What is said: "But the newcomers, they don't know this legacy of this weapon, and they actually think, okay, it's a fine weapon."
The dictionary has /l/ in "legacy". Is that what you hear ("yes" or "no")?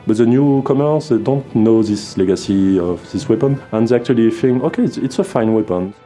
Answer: yes